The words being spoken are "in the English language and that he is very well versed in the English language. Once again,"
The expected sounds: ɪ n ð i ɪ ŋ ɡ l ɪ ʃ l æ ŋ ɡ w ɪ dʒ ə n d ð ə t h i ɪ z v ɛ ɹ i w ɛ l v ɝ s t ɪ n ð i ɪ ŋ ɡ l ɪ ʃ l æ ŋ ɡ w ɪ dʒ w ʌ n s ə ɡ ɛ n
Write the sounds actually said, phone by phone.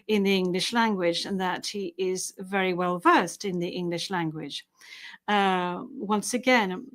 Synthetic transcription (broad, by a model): ɪ n ð i ɪ ŋ ɡ l ɪ ʃ l æ ŋ ɡ w ɪ dʒ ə n ð ə t h i ɪ z v ɛ ɹ i w ɛ l v ɝ s t ɪ n ð i ɪ ŋ ɡ l ɪ ʃ l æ ŋ ɡ w ɪ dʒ w ʌ n s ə ɡ ɛ n